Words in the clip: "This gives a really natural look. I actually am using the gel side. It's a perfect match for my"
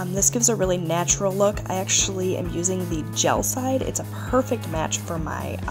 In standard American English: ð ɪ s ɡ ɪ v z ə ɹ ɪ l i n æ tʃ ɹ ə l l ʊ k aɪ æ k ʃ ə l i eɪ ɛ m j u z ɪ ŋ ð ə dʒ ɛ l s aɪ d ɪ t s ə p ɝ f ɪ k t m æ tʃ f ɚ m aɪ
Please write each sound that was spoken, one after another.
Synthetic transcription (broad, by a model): ð ɪ s ɡ ɪ v z ə ɹ ɪ l i n æ tʃ ɹ l l ʊ k aɪ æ k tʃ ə l i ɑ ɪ m j u z ɪ ŋ ð ə dʒ ɛ l s aɪ d ɪ t s ə p ɝ f ɪ k t m æ tʃ f ɚ m aɪ